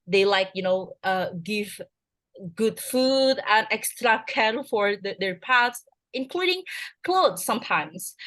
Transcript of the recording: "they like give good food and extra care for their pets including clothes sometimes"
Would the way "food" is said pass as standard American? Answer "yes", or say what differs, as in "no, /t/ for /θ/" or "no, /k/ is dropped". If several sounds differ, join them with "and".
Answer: yes